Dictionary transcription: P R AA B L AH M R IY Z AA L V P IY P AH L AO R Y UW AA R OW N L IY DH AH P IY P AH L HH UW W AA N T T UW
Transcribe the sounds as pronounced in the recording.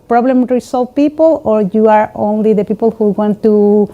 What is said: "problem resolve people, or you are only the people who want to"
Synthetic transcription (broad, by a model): P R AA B L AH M R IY S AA L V P IY P AH L AO R Y UW AA R OW N L IY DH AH P IY P AH L HH UW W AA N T T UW